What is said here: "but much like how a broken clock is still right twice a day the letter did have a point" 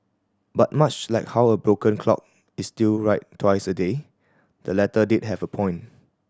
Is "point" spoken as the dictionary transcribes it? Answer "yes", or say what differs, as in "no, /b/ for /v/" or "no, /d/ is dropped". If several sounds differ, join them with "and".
no, /t/ is dropped